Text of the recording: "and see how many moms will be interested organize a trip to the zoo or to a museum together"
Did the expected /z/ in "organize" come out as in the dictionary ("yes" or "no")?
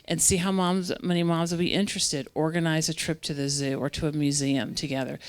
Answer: yes